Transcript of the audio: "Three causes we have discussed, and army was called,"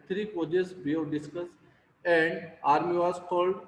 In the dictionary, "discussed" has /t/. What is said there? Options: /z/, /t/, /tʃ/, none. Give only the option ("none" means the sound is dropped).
none